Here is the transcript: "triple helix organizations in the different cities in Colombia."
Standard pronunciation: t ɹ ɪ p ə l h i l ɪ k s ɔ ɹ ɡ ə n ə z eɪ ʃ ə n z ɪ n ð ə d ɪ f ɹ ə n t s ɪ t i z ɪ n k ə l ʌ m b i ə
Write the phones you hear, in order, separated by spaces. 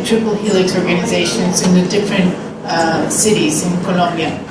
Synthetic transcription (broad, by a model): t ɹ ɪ p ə l h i l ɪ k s ɔ ɹ ɡ ə n ə z eɪ ʃ ə n z ɪ n ð ə d ɪ f ɹ ə n t s ɪ t i z ɪ n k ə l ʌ m b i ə